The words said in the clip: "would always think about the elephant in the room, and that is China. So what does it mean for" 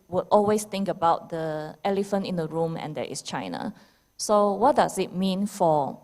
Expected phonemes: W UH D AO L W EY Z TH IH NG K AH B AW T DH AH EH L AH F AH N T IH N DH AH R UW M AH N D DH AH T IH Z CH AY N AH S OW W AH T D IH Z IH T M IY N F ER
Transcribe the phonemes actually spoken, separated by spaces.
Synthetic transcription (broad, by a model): W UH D AO L W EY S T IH NG K AH B AW T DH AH EH L AH F AH N T IH N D AH R UW M AH N D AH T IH S CH AY N AH S OW W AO T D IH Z IH T M IY N F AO